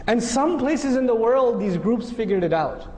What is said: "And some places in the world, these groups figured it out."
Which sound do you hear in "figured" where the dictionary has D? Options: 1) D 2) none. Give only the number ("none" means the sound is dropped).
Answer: 1